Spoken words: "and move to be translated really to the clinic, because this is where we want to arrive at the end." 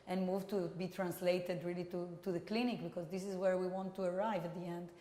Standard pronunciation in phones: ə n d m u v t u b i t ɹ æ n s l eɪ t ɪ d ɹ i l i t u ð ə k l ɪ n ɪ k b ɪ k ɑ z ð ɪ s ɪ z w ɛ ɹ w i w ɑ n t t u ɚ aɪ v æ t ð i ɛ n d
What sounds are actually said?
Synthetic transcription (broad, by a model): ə n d m u v t u b i t ɹ æ n s l eɪ t ɪ d ɹ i l i t u ð ə k l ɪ n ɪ k b ɪ k ɑ z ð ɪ s ɪ z w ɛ ɹ w i w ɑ n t t u ɚ aɪ v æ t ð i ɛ n d